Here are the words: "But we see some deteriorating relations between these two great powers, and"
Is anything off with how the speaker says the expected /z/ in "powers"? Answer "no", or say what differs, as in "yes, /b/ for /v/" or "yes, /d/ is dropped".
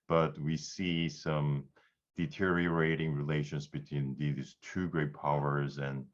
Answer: no